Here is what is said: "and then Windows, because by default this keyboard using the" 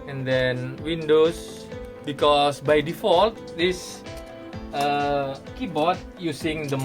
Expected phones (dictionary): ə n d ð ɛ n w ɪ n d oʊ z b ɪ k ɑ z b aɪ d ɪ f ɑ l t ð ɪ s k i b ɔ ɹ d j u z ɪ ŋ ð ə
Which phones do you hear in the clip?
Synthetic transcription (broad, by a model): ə n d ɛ n w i n d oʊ s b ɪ k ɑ s b aɪ d ɪ f ɑ l t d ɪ s k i b ɔ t j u s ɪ ŋ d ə